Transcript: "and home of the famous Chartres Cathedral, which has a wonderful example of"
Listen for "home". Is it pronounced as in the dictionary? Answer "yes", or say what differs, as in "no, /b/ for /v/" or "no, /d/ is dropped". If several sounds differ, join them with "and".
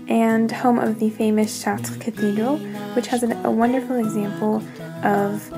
yes